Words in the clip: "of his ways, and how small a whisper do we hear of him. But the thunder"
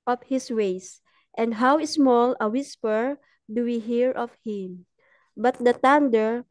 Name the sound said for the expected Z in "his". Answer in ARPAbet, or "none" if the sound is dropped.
S